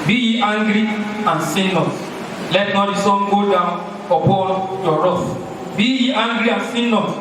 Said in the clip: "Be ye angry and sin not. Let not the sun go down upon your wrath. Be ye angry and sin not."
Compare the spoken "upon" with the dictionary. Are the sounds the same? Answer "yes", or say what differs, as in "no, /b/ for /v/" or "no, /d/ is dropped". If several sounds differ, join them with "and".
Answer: no, /l/ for /n/